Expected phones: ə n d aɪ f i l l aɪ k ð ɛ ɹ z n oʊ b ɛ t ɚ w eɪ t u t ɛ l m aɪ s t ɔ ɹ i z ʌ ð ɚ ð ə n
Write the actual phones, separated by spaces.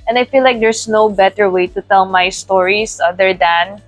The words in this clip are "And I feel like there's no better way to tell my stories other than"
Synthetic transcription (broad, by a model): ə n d aɪ f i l l aɪ k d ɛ ɹ s n oʊ b ɛ t ɚ w eɪ t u t ɛ l m aɪ s t ɔ ɹ i s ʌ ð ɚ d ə n